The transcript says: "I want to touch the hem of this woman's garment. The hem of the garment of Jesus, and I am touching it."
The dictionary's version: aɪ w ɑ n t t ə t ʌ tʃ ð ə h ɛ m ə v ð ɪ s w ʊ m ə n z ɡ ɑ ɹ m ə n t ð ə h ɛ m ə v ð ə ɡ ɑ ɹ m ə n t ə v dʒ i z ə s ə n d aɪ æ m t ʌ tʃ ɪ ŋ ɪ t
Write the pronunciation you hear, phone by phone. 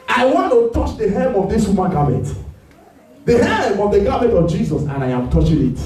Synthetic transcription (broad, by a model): aɪ w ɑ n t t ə t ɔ tʃ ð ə h ɛ m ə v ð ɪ s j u m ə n ɡ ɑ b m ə t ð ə h ɛ m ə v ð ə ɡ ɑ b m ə t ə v dʒ i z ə s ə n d aɪ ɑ m t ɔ tʃ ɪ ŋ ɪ t